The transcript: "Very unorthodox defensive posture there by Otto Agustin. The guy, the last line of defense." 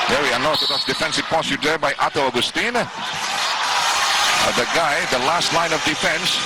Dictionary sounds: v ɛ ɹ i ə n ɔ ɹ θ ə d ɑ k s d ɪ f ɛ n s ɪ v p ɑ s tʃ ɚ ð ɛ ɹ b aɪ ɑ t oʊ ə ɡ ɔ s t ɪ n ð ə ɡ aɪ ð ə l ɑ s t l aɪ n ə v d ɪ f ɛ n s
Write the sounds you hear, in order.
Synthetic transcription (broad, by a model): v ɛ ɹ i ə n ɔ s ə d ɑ s d ɪ f ɛ n s ɪ v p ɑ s ɚ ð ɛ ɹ b aɪ ɑ t oʊ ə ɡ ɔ s t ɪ n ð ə ɡ aɪ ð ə l ɑ s t l aɪ n ə v d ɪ f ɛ n s